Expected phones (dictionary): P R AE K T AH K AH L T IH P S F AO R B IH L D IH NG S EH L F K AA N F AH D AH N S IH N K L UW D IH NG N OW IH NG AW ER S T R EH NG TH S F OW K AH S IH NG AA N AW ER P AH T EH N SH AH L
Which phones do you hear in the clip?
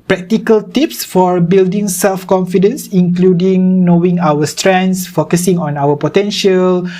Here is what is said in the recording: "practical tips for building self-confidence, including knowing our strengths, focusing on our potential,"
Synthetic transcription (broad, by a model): P R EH K T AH K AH L T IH P S F AO R B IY L D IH NG S EH L F K AA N F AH D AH N S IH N K L UW D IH NG N OW IH NG AW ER S T R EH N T S F OW K AH S IH NG AA N AW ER P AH T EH N SH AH L